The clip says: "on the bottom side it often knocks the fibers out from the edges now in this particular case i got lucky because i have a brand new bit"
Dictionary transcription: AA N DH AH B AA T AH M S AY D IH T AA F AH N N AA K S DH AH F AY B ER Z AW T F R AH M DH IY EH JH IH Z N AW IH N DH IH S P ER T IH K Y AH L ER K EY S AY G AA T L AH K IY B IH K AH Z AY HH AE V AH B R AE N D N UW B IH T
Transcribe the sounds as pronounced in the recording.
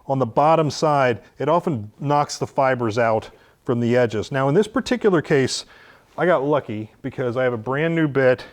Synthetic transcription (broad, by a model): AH N DH AH B AA T AH M S AY D IH T AA F AH N N AA K S DH AH F AY B ER Z AW T F R AH M DH IY EH JH IH Z N AW IH N DH IH S P ER T IH K Y L ER K EY S AY G AA T L AH K IY B IH K AH Z AY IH V AH B R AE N N UW B IH T